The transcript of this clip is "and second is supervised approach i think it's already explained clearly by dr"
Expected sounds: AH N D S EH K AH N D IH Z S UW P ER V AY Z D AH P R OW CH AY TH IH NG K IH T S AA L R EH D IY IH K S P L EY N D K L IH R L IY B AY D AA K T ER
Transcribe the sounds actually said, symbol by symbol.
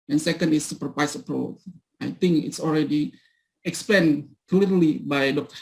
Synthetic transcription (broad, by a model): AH N S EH K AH N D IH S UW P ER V AY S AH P R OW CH AY T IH NG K IH T S AA L R EH D IY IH K S P EY N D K L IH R L IY B AY D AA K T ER